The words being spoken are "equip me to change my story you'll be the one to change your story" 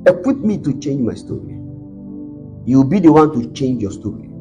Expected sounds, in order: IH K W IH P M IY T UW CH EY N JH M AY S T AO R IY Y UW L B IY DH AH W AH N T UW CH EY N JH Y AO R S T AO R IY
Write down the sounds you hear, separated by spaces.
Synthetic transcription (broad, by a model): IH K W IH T M IY T UW CH EY N JH M AY S T AO R IY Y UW W B IY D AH W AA N T UW CH EY N JH Y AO S T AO R IY